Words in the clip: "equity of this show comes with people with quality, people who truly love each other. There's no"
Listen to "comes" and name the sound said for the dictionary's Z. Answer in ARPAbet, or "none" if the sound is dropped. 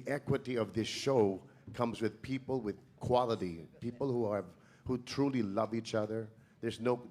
Z